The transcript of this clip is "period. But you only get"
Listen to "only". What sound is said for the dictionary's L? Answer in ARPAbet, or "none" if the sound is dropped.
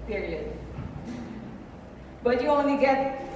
none